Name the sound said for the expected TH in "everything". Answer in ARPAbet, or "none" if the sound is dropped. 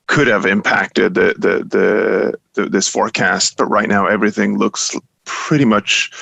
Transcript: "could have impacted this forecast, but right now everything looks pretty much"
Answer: TH